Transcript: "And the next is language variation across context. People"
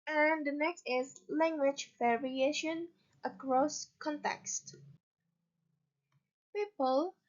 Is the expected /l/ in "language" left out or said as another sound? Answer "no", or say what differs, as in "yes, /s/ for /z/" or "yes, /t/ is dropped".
no